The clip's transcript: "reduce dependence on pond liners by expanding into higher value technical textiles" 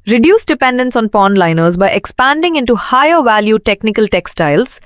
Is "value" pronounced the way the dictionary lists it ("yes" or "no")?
yes